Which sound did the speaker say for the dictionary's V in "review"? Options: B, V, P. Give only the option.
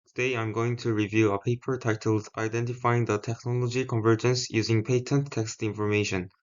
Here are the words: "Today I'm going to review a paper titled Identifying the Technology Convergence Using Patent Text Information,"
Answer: V